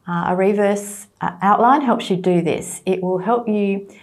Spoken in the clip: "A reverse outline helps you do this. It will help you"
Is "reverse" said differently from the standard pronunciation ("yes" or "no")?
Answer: no